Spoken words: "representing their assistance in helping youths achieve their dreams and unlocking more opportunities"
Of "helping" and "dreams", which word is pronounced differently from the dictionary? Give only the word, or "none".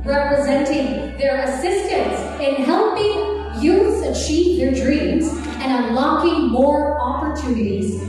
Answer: none